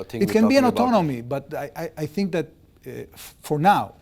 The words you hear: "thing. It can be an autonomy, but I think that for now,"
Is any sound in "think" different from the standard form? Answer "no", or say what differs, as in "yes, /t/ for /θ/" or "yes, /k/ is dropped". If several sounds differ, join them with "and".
no